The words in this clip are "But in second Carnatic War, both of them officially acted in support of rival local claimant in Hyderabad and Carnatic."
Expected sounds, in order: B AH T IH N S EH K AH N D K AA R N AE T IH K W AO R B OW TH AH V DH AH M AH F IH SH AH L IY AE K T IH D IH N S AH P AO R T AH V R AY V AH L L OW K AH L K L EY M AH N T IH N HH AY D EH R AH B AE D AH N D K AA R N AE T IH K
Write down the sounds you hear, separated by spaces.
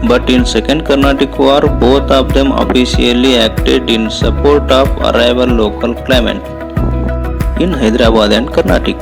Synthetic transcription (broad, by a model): B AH T IH N S EH K AH N D K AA R N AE T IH K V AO R B OW T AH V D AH M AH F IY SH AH L IY AE K T IH D IH N S AH P AO R T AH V R AY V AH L L OW K AH L K L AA M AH T IH N HH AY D R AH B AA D AH N D K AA R N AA T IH K